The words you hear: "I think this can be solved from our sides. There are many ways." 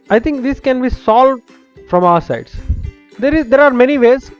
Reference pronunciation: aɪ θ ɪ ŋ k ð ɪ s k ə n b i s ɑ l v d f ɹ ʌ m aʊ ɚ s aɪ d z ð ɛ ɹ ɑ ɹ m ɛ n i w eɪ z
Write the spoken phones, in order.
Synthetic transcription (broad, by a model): aɪ t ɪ ŋ k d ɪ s k ə n b i s ɑ l v d f ɹ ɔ m aʊ ɚ s aɪ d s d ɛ ɹ ɑ ɹ m ɛ n i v eɪ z